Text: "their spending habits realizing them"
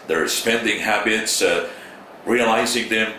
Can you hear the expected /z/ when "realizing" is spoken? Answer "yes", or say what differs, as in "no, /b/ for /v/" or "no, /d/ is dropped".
yes